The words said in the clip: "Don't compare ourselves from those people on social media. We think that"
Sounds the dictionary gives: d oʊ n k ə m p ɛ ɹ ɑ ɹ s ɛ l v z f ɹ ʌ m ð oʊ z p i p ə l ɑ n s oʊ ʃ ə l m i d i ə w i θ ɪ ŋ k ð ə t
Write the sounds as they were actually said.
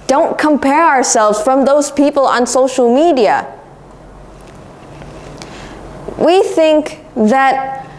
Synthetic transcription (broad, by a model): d oʊ n k ə m p ɛ ɹ ɑ ɹ s ɛ l v z f ɹ ʌ m ð oʊ z p i p ə l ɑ n s oʊ ʃ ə l m i d i ə w i θ ɪ ŋ k ð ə t